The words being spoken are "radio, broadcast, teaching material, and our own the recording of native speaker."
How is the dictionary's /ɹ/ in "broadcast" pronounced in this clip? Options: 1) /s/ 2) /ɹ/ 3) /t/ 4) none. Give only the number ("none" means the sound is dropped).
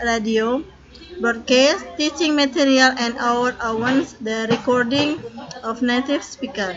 4